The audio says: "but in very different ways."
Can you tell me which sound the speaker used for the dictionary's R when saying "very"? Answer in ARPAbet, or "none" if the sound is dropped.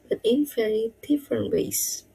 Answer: none